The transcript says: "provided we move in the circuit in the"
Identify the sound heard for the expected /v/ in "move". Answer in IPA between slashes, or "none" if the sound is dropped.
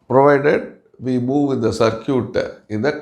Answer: /v/